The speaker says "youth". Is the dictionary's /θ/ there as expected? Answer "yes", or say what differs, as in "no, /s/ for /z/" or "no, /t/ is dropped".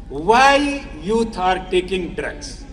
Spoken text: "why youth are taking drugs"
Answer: no, /t/ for /θ/